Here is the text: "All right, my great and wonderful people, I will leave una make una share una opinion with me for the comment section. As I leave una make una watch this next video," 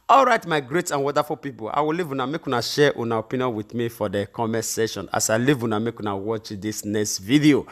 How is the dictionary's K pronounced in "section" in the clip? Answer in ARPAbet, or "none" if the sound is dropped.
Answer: none